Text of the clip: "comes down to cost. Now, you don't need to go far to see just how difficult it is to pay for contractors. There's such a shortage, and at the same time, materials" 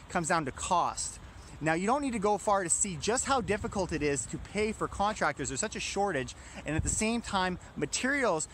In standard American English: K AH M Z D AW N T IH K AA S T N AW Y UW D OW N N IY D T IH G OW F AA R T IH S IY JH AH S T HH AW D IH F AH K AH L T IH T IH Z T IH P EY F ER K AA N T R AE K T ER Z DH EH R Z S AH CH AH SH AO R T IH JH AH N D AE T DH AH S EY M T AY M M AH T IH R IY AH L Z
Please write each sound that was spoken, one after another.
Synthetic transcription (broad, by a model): K AH M Z D AW N T IH K AA S T N AW Y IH D OW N N IY D T IH G OW F AA R T IH S IY JH AH S T HH AW D IH F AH K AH L T IH T IH Z T IH P EY F ER K AA N T R AE K T ER Z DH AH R S AH CH AH SH AO R T IH JH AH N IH T DH AH S EY M T AY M M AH T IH R IY L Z